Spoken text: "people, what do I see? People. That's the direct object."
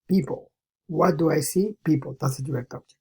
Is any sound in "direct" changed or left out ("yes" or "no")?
yes